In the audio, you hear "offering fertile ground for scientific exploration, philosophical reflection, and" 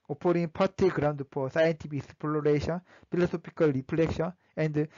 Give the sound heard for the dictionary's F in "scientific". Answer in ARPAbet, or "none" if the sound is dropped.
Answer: P